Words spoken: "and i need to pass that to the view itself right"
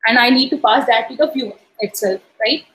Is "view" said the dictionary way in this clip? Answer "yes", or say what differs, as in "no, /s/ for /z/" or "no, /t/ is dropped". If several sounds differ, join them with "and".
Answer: no, /f/ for /v/